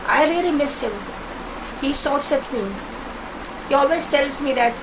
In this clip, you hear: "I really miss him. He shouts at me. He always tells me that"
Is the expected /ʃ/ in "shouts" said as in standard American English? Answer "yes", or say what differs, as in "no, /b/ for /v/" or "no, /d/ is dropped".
no, /s/ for /ʃ/